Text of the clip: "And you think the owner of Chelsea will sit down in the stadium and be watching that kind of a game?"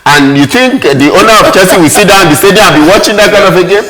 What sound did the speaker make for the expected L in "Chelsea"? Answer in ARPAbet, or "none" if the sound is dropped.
none